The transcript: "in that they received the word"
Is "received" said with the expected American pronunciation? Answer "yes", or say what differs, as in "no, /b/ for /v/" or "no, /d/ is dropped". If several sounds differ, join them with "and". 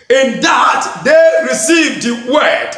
yes